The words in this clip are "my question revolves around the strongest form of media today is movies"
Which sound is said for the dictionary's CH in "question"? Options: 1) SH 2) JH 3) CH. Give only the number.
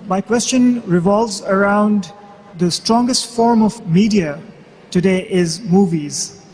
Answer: 3